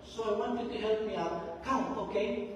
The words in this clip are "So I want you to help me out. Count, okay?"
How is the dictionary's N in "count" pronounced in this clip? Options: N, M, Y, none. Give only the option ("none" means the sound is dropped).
none